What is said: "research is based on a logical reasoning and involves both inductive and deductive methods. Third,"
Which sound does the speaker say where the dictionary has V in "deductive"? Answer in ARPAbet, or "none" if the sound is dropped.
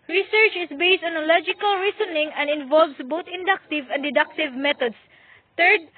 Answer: V